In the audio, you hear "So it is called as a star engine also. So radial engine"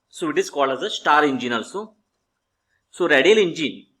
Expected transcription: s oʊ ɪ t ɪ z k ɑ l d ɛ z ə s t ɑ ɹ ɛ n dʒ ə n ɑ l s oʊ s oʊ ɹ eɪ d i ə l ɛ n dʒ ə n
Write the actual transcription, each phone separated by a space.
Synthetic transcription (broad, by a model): s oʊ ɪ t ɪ s k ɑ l ʌ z ə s t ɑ ɹ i n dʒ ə n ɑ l s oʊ s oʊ ɹ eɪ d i l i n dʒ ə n